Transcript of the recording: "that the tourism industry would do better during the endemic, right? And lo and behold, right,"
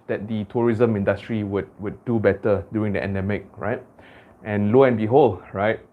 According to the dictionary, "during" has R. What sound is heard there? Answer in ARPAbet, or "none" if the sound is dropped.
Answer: none